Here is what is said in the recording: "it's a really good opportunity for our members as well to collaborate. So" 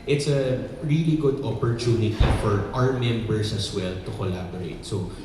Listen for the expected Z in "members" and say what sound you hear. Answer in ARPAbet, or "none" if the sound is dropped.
S